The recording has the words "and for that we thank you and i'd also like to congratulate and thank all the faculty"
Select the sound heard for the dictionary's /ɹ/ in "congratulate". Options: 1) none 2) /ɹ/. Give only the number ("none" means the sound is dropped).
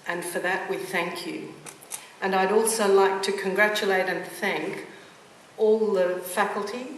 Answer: 2